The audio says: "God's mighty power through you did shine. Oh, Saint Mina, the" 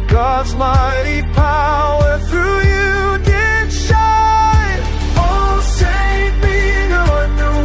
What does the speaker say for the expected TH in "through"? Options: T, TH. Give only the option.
TH